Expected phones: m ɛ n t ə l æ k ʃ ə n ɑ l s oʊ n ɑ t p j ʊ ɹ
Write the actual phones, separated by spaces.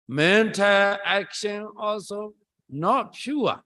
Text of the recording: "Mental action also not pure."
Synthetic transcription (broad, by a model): m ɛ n t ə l æ k ʃ ə n ɑ l s oʊ n ɑ t p j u